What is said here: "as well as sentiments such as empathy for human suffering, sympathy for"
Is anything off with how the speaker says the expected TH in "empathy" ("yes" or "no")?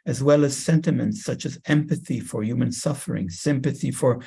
no